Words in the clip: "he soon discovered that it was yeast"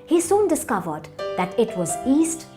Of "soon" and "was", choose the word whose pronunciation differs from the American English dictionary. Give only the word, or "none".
none